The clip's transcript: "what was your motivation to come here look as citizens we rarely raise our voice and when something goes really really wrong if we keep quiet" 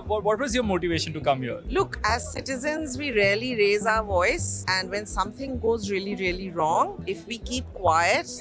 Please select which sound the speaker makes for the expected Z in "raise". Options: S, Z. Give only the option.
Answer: Z